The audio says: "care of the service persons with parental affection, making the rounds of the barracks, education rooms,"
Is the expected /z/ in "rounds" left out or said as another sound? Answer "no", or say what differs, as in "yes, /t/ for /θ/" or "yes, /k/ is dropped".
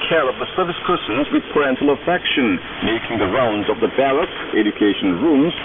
no